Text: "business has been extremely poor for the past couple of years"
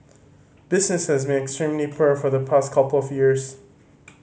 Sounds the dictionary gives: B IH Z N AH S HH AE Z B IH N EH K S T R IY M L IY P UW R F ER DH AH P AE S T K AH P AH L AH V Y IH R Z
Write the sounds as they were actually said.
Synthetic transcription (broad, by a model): B IH Z N AH S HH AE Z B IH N EH K S T R IY M L IY P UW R F ER DH AH P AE S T K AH P L AH V Y IH R Z